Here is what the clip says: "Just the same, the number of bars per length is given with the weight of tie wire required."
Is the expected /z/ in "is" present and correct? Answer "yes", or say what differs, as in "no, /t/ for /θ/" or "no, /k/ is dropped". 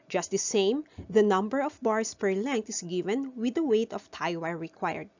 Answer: no, /s/ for /z/